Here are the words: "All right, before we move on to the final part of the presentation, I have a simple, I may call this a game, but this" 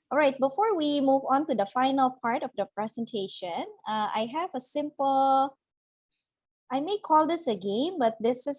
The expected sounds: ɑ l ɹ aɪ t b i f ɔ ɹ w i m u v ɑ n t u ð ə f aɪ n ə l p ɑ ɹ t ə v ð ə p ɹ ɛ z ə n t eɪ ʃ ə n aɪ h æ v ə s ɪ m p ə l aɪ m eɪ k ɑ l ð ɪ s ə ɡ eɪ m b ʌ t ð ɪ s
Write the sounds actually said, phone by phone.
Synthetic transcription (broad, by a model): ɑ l ɹ aɪ t b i f ɔ ɹ w i m u v ɑ n t u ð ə f aɪ n ə l p ɑ ɹ t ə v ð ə p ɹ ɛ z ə n t eɪ ʃ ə n aɪ h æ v ə s ɪ m p ə l aɪ m eɪ k ɑ l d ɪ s ə ɡ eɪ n b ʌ t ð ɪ s